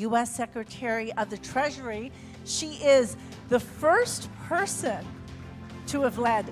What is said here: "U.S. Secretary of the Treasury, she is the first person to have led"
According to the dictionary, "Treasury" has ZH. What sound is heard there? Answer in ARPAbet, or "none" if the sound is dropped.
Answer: ZH